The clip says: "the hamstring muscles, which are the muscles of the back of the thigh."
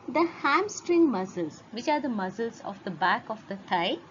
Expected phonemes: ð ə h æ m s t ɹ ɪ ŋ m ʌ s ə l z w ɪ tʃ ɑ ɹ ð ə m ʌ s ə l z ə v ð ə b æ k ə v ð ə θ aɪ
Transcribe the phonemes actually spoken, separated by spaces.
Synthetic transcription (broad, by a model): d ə h æ m s t ɹ ɪ ŋ m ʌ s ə l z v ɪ tʃ ɑ ɹ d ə m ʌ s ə l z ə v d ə b æ k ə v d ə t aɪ